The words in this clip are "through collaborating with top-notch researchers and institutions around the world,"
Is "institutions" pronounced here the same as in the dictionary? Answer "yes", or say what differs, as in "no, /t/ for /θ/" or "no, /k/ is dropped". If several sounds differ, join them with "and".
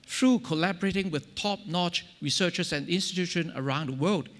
no, /z/ is dropped